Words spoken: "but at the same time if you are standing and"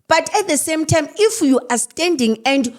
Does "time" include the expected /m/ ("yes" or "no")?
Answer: yes